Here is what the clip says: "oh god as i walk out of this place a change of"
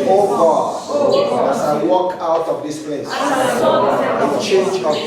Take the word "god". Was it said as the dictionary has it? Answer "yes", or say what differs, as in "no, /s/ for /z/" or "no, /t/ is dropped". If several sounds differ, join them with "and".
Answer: no, /d/ is dropped